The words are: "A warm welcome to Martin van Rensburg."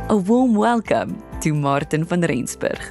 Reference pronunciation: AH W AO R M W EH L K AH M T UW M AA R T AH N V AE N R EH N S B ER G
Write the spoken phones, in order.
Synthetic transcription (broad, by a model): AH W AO L M W EH L K AH M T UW M AA R T AH N F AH N R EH N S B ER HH